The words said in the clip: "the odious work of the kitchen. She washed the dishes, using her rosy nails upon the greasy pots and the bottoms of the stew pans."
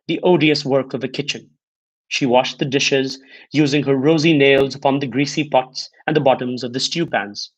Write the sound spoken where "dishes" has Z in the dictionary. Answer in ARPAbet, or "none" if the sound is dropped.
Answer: Z